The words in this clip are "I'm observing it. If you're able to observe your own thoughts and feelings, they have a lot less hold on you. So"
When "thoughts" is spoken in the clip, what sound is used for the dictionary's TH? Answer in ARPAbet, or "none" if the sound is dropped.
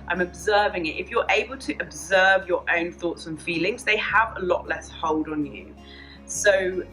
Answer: TH